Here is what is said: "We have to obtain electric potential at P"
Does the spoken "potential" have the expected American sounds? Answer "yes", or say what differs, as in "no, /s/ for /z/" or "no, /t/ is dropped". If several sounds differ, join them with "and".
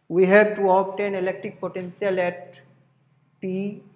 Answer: no, /s/ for /ʃ/